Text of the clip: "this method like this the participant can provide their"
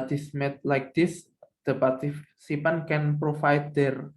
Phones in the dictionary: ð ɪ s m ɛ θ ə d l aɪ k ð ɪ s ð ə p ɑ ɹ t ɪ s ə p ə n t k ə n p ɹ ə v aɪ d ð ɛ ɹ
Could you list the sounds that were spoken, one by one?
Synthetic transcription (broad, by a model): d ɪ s m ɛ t l aɪ k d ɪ s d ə p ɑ ɹ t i s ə p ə n k ə n p ɹ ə f aɪ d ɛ ɹ